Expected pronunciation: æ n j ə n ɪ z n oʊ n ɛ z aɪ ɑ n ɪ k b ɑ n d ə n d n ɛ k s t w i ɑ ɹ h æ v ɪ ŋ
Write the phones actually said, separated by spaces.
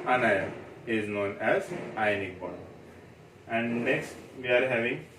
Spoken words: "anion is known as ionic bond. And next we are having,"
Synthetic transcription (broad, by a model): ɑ n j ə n ɪ z n oʊ n ɛ z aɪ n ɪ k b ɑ d ə n d n ɛ k s t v i ɑ ɹ h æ v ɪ ŋ